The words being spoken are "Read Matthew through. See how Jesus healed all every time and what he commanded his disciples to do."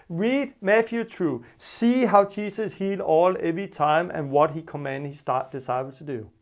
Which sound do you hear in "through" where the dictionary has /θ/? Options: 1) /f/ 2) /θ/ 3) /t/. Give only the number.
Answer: 3